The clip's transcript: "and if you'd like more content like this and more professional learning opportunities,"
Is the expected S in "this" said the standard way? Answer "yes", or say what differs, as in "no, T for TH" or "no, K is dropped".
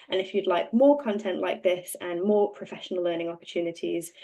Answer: yes